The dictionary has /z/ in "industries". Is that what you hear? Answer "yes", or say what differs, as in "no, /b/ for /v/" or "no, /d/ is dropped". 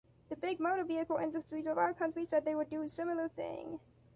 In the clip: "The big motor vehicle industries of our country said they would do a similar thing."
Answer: yes